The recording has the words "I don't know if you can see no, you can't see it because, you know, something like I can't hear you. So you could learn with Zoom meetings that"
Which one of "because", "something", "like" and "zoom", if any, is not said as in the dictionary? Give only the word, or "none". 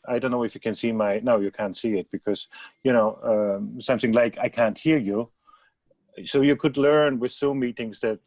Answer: zoom